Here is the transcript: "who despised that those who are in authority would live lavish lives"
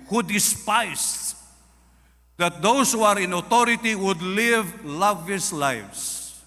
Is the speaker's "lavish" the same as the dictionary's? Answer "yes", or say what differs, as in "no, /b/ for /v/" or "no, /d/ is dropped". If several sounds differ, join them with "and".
no, /s/ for /ʃ/